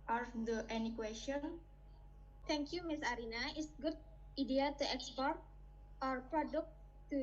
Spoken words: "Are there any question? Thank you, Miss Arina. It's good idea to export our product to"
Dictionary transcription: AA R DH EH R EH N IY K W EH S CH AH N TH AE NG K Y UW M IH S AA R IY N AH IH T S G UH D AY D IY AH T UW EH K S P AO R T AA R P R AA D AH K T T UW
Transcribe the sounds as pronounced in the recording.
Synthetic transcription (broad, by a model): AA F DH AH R EH N IY K W EH S CH AH N T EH NG K Y UW M IH S AA R IY N AH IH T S G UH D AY D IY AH T UW EH K S P AO R T AA R P R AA D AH K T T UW